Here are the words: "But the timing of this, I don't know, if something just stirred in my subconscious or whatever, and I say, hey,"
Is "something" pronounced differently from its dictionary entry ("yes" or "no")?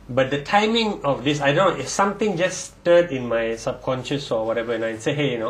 yes